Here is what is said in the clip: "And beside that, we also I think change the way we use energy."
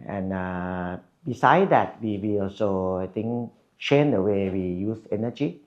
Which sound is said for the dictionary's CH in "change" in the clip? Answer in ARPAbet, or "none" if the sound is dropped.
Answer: SH